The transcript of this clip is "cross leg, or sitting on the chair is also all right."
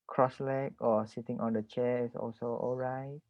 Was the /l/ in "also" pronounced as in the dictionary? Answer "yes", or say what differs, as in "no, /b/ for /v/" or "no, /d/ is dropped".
yes